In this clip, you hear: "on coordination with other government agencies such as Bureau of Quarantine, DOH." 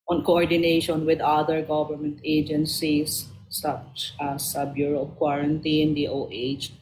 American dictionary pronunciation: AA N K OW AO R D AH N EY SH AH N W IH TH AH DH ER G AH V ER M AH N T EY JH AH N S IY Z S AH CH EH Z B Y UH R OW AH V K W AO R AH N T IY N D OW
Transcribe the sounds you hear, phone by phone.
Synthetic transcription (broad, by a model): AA N K OW AO R D AH N EY SH AH N W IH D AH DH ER G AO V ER M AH N T EY JH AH N S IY S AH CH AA S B Y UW R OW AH P K W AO R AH N T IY N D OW